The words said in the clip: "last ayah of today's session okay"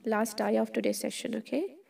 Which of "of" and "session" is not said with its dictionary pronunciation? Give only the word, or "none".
of